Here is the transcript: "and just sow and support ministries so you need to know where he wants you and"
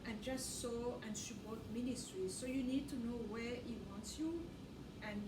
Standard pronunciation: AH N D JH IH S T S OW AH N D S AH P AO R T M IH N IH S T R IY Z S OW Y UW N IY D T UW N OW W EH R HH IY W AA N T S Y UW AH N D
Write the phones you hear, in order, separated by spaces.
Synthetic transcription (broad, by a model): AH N JH IH S T S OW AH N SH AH B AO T M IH N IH S T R IY S OW Y UW N IY D T UW N OW W EH R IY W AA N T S Y UW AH N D